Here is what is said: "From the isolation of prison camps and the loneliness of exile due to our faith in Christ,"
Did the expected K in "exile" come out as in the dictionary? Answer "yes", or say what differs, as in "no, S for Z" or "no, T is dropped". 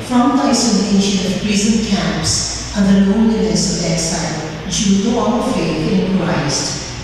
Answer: no, K is dropped